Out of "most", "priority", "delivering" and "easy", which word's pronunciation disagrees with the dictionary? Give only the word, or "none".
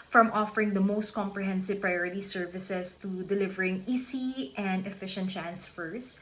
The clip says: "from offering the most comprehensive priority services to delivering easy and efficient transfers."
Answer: easy